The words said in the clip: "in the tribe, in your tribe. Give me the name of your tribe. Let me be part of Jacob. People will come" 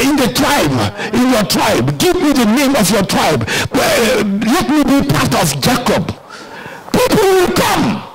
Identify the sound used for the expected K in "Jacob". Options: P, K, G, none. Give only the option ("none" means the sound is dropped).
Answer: K